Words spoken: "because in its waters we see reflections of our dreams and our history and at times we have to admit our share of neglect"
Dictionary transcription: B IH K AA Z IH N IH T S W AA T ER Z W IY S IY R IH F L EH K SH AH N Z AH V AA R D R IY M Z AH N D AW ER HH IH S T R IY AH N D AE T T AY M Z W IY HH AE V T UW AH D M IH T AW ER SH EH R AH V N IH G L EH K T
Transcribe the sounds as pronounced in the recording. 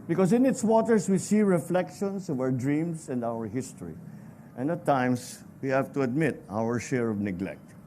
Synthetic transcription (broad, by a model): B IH K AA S IH N IH T S W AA T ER S W IY S IY R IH F L EH K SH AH N S AH V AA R D R IY M S AH N D AW ER HH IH S T R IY AH N D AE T T AY M S W IY HH AE V T UW AH D M IH T AW ER SH EH R AH V N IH G L EH K T